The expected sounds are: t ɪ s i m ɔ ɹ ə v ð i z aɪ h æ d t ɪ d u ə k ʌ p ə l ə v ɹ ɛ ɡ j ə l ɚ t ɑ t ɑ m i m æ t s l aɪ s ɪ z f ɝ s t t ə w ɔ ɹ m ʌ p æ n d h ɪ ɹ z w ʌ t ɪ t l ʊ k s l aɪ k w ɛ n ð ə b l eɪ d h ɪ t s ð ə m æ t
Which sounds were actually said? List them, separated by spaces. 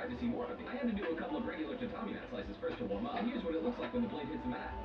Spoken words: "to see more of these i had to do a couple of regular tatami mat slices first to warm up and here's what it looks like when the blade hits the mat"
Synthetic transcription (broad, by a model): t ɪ s i m ɔ ɹ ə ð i aɪ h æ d t ɪ d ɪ ə k ʌ p l ə v ɹ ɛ ɡ j l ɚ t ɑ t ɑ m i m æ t s l aɪ s ɪ z f ɝ s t t ə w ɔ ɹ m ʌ h ɪ ɹ z w ʌ t ɪ t l ʊ k s l aɪ k w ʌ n ð ə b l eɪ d h ɪ t s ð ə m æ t